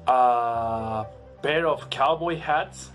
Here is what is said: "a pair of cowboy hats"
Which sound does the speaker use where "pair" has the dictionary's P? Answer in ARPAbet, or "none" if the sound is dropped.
B